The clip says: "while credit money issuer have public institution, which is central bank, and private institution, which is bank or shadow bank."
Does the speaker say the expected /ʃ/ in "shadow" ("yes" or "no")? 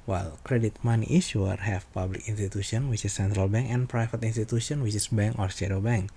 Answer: no